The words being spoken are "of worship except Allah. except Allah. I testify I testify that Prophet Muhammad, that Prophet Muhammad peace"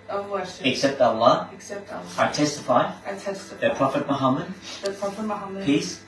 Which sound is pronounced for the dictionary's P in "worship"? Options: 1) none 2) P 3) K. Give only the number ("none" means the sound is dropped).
1